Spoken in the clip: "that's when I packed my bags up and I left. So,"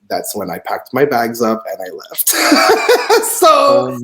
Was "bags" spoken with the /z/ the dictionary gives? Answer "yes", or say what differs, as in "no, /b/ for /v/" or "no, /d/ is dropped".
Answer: yes